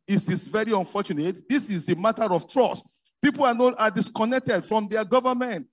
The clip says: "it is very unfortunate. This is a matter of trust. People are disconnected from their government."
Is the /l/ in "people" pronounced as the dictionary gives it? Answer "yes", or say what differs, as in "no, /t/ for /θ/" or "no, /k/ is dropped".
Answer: no, /n/ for /l/